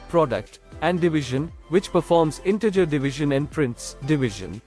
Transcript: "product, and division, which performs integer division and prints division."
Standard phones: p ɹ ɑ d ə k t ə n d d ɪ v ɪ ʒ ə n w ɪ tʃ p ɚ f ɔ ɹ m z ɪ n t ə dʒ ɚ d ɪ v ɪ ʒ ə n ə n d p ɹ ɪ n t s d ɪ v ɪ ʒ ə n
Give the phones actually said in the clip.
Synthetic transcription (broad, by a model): p ɹ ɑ d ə k t ə n d d ɪ v ɪ ʒ ə n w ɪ tʃ p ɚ f ɔ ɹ m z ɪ n t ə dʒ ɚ d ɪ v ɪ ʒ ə n ə n d p ɹ ɪ n t s d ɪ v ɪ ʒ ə n